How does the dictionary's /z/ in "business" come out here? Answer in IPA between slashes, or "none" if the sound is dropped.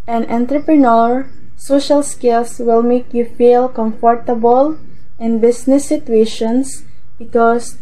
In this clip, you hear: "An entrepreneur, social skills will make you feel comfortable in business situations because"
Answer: /s/